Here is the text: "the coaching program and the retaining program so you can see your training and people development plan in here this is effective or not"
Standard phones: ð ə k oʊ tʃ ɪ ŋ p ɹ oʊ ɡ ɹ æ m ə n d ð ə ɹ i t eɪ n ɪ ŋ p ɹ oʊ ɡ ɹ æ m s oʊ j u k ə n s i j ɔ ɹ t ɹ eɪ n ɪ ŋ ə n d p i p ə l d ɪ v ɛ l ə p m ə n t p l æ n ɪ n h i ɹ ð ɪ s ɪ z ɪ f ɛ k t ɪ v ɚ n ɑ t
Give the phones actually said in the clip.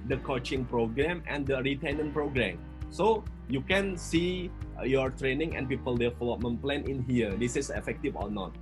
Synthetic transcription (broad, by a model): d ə k oʊ tʃ ɪ ŋ p ɹ oʊ ɡ ɹ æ m ə n d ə ɹ i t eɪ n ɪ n p ɹ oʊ ɡ ɹ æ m s oʊ j u k ə n s i j ɔ ɹ t ɹ eɪ n ɪ ŋ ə n p i p ə l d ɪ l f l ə m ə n p l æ n ɪ n h i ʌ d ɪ s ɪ s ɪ f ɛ k t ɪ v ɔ n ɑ t